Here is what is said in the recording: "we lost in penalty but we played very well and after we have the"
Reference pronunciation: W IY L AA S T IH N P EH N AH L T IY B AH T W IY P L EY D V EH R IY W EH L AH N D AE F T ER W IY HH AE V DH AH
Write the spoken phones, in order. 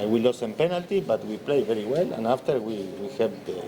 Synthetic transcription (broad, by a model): W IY L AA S IH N P EH N AH L T IY B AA T W IY P L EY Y V EH R IY W EH L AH N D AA F T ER W IY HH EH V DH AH